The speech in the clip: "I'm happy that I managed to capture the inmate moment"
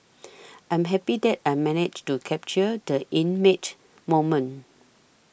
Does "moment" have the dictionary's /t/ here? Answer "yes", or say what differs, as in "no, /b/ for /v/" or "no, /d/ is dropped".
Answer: no, /t/ is dropped